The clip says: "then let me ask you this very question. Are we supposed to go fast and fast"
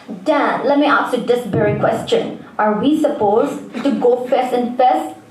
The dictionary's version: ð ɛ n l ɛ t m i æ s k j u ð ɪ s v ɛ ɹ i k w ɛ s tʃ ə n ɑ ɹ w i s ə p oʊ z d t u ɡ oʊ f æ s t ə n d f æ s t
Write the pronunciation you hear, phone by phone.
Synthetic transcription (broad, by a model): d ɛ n l ɛ t m i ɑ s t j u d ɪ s b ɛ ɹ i k w ɛ s tʃ ə n ɑ ɹ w i s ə p oʊ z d t u ɡ oʊ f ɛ s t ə n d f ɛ s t